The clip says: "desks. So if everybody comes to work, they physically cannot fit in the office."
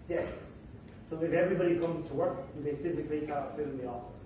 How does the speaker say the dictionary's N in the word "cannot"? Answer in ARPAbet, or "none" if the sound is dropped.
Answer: none